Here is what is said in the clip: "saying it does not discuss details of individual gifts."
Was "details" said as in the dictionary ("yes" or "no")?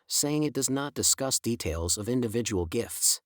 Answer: yes